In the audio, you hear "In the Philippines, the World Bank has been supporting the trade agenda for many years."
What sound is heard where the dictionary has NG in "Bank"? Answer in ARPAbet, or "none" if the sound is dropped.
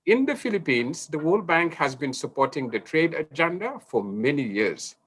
NG